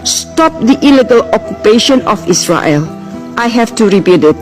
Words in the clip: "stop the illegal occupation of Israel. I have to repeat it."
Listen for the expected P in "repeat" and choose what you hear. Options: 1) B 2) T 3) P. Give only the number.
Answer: 1